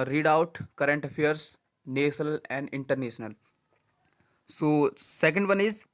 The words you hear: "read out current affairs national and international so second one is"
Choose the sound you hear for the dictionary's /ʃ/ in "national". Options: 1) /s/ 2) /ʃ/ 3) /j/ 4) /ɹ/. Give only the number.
1